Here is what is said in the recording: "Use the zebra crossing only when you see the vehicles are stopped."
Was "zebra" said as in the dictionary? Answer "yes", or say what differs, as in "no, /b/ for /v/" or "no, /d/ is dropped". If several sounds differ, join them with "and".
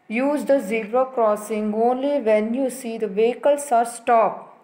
no, /b/ is dropped